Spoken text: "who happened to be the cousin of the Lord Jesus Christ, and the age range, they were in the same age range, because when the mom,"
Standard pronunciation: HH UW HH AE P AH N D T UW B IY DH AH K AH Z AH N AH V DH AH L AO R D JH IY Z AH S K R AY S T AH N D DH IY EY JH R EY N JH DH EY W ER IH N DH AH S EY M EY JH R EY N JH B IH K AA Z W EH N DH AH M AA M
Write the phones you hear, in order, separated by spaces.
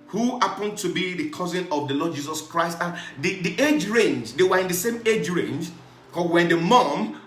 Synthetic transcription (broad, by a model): HH UW HH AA P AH N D T UW B IY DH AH K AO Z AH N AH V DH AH L AO D JH IY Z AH S K R AY S T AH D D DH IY EY JH R EY N JH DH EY W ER IH N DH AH S EY M EY JH R EY N JH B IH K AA W EH N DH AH M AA M